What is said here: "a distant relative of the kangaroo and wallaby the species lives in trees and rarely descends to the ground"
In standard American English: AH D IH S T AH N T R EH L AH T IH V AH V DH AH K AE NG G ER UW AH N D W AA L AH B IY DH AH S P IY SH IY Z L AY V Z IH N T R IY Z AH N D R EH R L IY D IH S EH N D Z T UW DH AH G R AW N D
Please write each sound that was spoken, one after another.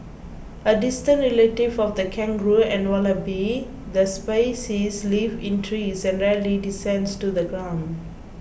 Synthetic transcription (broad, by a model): AH D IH S T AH N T R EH L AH T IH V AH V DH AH K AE NG G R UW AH N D W AA L AH B IY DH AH S P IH S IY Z L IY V IH N T R IY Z AH N D R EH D L IY D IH S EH N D S T UW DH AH G R AW N D